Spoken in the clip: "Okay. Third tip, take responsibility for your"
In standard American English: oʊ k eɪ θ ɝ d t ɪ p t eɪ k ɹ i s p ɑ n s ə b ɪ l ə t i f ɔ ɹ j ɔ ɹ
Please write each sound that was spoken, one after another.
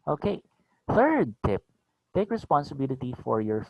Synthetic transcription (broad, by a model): oʊ k eɪ θ ɝ d t ɪ p t eɪ k ɹ i s p ɑ n s ə b ɪ l ə t i f ɔ ɹ j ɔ ɹ